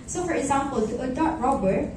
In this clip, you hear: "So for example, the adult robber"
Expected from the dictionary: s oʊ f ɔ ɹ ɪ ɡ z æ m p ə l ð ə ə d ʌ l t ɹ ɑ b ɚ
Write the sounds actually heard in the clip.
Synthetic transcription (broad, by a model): s oʊ f ɔ ɹ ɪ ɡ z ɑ m p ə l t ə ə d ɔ t ɹ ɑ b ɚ